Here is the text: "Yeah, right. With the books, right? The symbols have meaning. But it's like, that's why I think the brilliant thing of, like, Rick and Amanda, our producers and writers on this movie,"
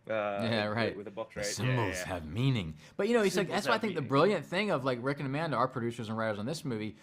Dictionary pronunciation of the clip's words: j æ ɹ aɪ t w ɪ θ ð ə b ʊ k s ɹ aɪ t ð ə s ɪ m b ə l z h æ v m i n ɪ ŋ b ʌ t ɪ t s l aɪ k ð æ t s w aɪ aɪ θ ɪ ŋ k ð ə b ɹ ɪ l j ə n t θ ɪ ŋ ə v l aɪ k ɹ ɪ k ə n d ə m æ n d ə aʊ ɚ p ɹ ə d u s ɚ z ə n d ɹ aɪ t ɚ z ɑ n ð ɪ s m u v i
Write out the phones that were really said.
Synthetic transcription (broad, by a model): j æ ɹ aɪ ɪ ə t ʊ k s s ɪ m b l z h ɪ v m i n ɪ ŋ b ʌ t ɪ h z l aɪ k ð æ t s w aɪ aɪ θ ɪ ŋ k ð ə b ɹ ɪ l j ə n θ ɪ ŋ ə v l aɪ k ɹ ɪ k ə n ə m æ n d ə aʊ ɚ p ɹ ə d u s ɚ z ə n ɹ aɪ t ɚ z n ð ɪ s m u v i